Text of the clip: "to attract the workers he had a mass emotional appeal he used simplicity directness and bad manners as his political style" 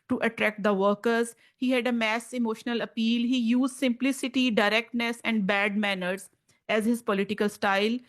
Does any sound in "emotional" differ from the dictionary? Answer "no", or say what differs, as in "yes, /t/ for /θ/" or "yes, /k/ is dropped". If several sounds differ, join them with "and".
no